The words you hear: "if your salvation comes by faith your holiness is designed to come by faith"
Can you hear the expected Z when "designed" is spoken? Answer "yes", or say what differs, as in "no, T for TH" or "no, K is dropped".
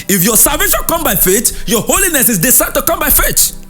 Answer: no, S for Z